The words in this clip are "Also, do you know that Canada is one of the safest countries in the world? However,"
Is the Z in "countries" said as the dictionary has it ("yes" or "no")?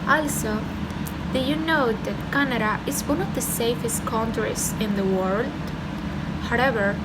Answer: no